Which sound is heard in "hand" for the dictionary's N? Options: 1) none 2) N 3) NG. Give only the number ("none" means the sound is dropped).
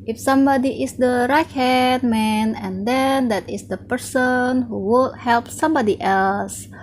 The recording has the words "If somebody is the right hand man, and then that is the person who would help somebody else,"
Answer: 1